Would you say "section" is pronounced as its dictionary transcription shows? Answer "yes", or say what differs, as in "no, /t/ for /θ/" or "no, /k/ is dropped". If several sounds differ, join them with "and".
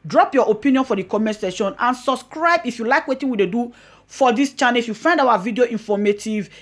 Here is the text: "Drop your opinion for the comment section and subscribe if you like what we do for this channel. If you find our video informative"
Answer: no, /k/ is dropped